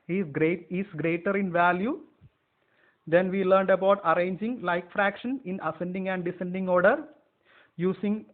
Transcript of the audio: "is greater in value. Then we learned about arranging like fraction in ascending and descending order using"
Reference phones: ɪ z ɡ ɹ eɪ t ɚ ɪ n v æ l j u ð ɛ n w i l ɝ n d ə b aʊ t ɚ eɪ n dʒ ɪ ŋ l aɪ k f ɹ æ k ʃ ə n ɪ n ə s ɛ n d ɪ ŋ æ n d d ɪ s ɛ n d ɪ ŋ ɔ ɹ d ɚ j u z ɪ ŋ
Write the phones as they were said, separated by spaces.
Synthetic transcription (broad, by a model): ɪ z ɡ ɹ eɪ t ɚ ɪ n v æ l j u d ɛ n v i l ɝ n d ə b aʊ t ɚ eɪ n dʒ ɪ ŋ l aɪ k f ɹ æ k ʃ ə n ɪ n ə s ɛ n d ɪ ŋ æ n d d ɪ s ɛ n d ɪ ŋ ɔ ɹ d ɚ j u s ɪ ŋ